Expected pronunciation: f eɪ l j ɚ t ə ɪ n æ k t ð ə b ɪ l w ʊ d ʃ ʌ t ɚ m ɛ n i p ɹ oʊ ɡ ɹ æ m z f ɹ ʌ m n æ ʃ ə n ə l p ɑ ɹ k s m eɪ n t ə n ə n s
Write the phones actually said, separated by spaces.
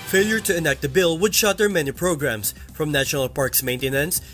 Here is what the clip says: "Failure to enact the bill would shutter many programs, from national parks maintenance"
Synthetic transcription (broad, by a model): f eɪ l j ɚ t ə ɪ n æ k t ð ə b ɪ l w ʊ d ʃ ʌ t ɚ m ɛ n i p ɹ oʊ ɡ ɹ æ m s f ɹ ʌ m n æ ʃ ə n ə l p ɑ ɹ k s m eɪ n t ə n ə n s